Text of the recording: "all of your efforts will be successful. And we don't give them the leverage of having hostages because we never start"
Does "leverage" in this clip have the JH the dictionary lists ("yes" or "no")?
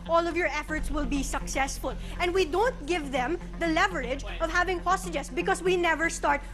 yes